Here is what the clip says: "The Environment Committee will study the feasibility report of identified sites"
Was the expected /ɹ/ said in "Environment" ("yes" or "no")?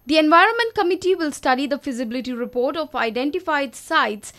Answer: yes